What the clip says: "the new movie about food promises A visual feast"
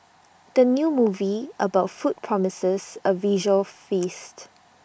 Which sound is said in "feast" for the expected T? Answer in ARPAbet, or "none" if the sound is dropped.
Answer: T